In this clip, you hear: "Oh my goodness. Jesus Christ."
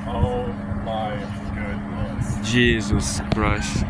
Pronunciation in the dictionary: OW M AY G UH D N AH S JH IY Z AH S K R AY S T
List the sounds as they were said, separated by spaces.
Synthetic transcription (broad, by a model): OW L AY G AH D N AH JH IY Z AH S K R AY S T